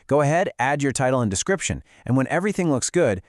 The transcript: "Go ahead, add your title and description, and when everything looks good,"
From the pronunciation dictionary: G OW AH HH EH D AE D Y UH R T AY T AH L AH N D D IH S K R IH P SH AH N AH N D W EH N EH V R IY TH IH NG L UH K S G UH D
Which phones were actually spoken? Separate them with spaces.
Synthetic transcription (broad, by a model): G OW AH HH EH D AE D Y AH R T AY T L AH N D D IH S K R IH P SH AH N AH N W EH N EH V R IY TH IH NG L UH K S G UH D